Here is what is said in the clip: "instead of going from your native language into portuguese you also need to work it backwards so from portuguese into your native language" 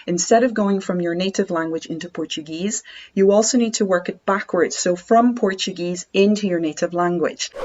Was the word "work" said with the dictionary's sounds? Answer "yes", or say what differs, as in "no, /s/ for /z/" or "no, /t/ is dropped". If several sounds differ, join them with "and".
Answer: yes